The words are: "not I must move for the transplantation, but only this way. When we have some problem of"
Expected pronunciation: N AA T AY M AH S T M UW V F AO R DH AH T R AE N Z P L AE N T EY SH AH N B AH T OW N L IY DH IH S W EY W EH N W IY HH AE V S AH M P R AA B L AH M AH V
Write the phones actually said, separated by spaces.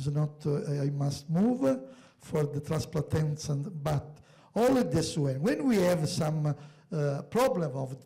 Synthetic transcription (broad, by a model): N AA T AY M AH S T M UW V F AO R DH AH T R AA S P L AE T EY S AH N B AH T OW L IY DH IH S W EY W EH N W IY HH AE V S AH M P R AA B L AH M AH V